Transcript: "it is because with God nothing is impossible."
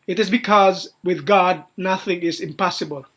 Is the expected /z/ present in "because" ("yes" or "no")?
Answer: yes